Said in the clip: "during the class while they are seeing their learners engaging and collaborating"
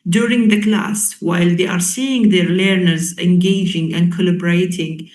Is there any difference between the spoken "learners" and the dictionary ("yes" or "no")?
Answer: no